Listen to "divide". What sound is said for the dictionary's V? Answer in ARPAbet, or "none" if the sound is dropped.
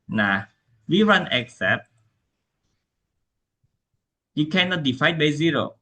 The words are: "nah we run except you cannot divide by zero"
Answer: F